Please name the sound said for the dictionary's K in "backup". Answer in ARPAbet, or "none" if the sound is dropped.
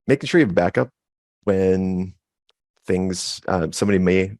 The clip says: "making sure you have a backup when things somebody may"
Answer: K